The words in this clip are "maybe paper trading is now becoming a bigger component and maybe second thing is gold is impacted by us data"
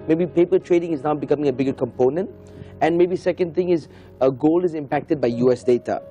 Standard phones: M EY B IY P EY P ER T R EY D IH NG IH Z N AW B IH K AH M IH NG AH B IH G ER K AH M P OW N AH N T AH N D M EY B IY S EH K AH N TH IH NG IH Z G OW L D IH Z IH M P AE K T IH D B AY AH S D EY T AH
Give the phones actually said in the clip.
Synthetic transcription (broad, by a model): M EY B IY P EY P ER T R EY D IH NG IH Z N AW B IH K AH M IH NG AH B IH G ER K AH M P OW N AH N T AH N M EY B IY S EH K AH N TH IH NG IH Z G OW L IH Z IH M P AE K T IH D B AY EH S D EY T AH